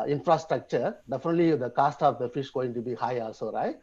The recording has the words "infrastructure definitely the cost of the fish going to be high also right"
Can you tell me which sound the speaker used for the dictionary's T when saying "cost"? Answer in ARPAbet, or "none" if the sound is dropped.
T